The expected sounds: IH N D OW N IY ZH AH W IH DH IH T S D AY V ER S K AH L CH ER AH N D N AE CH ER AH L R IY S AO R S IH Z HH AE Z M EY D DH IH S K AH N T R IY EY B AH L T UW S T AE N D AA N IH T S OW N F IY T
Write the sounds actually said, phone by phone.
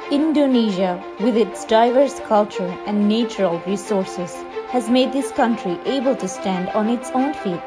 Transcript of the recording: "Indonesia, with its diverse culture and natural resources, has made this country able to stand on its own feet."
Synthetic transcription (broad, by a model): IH N D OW N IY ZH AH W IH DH IH T S D AY V ER S K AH L CH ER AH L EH N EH CH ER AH L R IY S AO R S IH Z HH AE Z M EY D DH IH S K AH N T R IY EY B AH L T UW S T AE N D AA N IH T S OW N F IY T